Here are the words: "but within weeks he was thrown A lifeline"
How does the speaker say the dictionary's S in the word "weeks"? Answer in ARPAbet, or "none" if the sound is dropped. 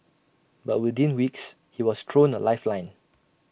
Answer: S